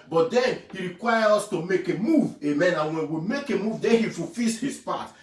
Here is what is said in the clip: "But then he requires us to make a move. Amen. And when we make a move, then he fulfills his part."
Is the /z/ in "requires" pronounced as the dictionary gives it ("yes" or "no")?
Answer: no